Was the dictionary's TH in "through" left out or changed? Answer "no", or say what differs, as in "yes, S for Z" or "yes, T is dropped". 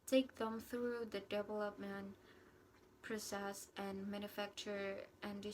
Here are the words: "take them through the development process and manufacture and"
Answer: no